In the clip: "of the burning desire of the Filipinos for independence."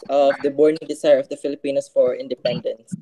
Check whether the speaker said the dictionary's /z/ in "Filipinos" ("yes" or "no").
no